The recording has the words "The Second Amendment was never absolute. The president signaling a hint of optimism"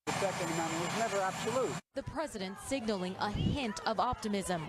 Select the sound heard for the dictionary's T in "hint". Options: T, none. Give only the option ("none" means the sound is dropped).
T